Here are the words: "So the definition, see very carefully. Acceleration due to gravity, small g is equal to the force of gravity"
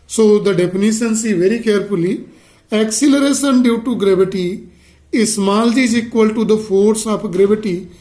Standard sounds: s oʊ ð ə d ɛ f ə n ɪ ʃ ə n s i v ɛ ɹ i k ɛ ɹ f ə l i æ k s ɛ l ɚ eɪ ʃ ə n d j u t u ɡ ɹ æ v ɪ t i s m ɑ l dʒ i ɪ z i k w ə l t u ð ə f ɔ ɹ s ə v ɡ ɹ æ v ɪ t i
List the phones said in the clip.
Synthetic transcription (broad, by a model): s oʊ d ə d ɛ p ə n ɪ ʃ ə n s i v ɛ ɹ i k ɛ ɹ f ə l i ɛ k s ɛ l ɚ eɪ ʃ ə n d j u t u ɡ ɹ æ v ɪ t i s m ɑ l dʒ i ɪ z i k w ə l t u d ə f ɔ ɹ s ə p ɡ ɹ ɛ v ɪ t i